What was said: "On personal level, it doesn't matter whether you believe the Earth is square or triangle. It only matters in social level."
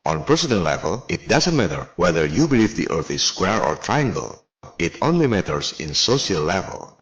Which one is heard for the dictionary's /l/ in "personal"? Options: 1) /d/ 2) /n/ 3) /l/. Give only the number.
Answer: 2